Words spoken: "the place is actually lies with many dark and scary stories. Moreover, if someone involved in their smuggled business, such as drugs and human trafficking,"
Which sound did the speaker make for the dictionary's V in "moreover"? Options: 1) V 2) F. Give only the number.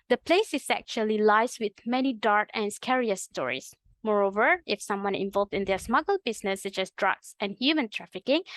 1